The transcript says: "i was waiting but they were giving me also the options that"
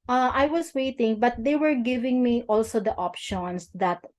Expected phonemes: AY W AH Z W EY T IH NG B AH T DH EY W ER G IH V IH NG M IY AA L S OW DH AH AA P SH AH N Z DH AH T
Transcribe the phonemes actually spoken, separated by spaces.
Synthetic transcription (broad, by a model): AY W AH S W EY T IH NG B AH T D EY W ER G IH V IH NG M IY AA L S OW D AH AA P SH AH N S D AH T